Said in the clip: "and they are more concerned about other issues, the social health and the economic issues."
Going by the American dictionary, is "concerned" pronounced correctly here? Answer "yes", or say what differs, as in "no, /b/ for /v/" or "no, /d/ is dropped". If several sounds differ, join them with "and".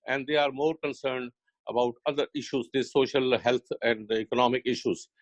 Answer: yes